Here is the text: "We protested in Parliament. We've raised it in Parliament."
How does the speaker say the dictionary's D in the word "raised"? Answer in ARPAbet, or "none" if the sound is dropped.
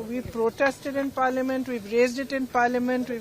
D